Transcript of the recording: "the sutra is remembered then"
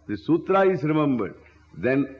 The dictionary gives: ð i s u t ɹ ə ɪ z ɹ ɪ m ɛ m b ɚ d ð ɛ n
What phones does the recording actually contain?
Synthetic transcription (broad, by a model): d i s u t ɹ ə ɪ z ɹ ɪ m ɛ m b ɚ d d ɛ n